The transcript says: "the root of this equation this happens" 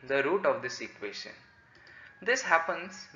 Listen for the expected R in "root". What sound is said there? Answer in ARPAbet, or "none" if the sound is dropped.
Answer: R